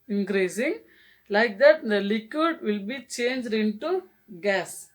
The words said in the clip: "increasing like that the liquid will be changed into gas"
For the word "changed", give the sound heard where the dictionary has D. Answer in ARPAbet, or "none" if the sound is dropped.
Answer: D